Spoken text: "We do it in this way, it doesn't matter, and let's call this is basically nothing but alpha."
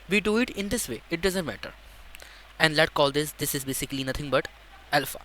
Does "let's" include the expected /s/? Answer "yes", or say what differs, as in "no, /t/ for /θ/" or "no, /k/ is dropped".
no, /s/ is dropped